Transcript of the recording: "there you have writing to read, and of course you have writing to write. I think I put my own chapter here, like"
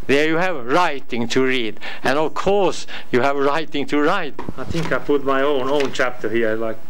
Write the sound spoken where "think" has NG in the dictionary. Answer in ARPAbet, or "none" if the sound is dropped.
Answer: NG